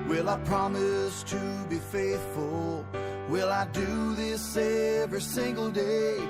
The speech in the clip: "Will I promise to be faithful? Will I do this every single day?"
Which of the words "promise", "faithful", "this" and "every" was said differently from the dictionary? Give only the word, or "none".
none